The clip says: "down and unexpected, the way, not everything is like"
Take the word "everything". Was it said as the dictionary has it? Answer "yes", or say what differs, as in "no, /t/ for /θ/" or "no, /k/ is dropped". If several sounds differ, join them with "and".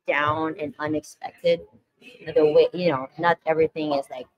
yes